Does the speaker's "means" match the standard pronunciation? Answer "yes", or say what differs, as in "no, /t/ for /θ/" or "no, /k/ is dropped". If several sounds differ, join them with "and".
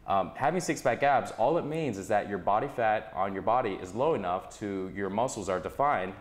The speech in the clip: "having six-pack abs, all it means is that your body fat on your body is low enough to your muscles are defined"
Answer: yes